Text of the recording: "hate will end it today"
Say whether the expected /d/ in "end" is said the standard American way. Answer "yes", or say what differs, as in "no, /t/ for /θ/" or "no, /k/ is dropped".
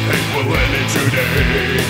no, /d/ is dropped